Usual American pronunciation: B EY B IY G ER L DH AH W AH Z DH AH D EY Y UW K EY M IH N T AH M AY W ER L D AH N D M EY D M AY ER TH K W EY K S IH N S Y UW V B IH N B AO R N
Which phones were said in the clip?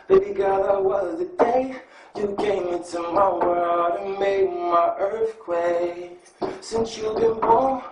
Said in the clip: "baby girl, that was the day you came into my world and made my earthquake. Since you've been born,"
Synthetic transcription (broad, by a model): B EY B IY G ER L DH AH W AH Z DH AH D EY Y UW K EY M IH N T AH M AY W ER D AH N M EY D M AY ER TH K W EY S IH N S Y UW B IH N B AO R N